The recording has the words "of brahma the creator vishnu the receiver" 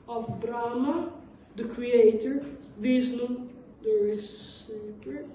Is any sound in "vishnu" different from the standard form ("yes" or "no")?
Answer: yes